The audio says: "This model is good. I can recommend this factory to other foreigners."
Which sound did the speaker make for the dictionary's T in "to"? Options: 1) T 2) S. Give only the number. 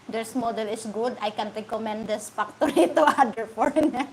1